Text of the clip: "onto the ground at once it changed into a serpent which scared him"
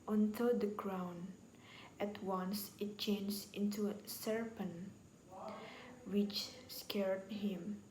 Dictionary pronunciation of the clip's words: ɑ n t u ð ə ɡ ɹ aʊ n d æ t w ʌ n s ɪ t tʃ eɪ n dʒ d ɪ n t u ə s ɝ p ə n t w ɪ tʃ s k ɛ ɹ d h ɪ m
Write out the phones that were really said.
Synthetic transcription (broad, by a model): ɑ n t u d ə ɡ ɹ aʊ n æ t w ʌ n s ɪ t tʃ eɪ n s ɪ n t u ə s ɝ p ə n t w ɪ tʃ s k ɛ ɹ d h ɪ m